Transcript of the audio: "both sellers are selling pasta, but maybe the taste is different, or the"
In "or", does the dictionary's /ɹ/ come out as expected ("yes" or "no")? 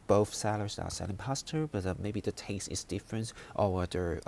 no